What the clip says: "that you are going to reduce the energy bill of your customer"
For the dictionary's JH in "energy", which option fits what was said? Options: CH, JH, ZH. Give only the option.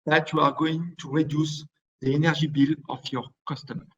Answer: ZH